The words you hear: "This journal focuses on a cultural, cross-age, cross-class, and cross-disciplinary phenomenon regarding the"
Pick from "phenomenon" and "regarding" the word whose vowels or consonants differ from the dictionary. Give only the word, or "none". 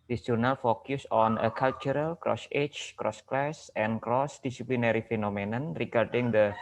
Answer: none